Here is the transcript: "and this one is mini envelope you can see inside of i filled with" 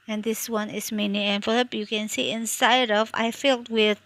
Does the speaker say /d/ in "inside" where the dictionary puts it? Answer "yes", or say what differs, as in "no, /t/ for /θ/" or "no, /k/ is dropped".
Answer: yes